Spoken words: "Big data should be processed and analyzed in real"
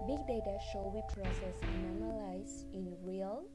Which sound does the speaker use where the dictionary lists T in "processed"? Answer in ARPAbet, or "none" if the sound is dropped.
none